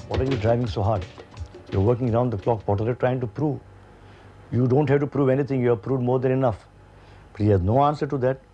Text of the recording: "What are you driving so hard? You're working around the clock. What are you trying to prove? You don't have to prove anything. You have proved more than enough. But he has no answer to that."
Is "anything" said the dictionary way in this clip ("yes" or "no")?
no